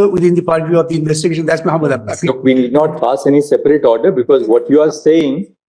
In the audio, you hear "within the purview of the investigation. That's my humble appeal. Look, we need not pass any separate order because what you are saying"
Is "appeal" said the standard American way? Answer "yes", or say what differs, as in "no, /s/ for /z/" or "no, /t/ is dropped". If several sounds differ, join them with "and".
no, /p/ is dropped